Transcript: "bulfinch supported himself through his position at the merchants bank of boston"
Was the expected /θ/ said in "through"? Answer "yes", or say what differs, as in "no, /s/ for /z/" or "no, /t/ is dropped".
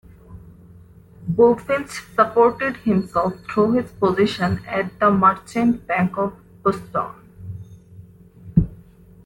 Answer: no, /t/ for /θ/